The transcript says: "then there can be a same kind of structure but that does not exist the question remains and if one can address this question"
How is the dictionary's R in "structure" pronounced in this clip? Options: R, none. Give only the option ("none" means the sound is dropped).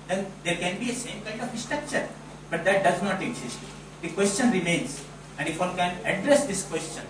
R